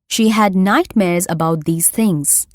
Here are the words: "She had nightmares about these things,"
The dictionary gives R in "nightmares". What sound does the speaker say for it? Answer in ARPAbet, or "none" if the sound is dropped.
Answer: R